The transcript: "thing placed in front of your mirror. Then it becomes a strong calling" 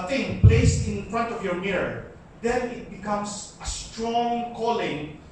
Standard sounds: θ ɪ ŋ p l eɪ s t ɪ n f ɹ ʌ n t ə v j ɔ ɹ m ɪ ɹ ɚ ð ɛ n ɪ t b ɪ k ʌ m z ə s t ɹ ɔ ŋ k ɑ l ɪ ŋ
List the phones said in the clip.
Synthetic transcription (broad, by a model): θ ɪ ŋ p l eɪ s t ɪ n f ɹ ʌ n t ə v j ɔ ɹ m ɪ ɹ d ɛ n ɪ t b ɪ k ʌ m s ə s t ɹ ɔ ŋ k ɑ l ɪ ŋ